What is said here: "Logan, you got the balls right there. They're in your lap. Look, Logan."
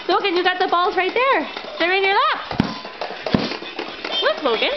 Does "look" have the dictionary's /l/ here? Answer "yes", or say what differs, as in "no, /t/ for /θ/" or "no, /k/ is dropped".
no, /w/ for /l/